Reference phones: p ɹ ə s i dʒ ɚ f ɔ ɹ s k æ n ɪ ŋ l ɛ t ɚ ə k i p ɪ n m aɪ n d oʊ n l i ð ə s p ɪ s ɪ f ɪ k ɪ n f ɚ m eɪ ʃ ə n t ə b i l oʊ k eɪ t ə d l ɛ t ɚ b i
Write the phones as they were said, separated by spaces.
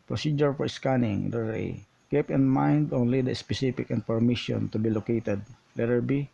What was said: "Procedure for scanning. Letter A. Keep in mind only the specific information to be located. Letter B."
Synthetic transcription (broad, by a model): p ɹ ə s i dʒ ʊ f ɔ ɹ s k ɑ n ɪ ŋ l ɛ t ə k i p ɪ n m aɪ n d oʊ n l i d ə s p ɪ s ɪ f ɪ k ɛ n p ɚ m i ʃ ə n t ə b i l oʊ k eɪ t ə d l ɛ t ɚ b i